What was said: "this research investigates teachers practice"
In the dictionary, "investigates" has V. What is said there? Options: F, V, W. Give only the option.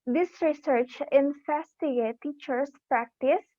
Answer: F